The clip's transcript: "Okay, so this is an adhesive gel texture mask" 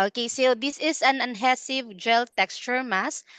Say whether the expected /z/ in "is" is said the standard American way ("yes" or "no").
no